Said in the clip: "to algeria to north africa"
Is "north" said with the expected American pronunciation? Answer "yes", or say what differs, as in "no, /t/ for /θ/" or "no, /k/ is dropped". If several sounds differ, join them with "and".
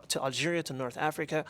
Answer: yes